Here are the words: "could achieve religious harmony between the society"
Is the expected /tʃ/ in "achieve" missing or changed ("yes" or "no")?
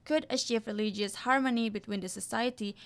yes